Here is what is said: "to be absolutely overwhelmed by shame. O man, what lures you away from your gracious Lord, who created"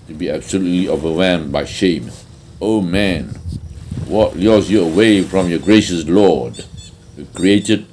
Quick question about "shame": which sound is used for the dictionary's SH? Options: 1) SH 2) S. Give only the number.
1